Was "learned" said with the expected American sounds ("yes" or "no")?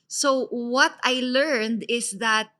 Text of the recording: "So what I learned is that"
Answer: yes